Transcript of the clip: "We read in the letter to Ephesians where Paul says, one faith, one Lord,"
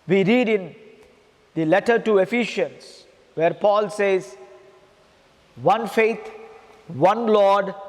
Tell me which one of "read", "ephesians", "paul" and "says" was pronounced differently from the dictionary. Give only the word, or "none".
ephesians